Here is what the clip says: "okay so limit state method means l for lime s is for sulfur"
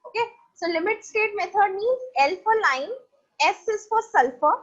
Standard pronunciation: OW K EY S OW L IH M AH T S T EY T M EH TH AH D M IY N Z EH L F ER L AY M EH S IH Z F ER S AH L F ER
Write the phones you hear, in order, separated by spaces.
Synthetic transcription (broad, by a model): OW K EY S OW L IH M AH T S T EY T M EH T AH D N IY Z EH L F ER L AY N EH S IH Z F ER S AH L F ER